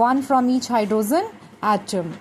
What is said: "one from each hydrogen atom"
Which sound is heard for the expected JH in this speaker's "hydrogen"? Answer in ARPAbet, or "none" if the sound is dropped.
Z